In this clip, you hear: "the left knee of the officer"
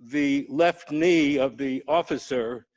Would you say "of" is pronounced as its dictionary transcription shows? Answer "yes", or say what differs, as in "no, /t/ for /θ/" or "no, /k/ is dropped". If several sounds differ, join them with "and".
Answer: yes